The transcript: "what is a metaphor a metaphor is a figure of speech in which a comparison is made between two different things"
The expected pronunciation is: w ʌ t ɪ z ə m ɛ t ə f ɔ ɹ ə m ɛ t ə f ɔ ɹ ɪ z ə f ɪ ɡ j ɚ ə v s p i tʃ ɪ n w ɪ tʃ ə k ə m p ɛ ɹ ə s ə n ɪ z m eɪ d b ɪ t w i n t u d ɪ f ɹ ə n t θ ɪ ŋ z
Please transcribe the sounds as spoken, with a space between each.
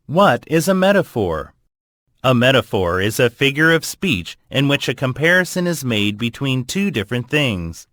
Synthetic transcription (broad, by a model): w ʌ t ɪ z ə m ɛ t ə f ɔ ɹ ə m ɛ t ə f ɔ ɹ ɪ z ə f ɪ ɡ j ɚ ə v s p i tʃ ɪ n w ɪ tʃ ə k ə m p ɛ ɹ ə s ə n ɪ z m eɪ d b ɪ t w i n t u d ɪ f ɹ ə n θ ɪ ŋ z